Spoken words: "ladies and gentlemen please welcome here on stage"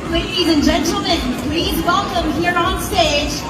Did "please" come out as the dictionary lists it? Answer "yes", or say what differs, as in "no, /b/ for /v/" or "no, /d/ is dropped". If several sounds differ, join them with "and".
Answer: yes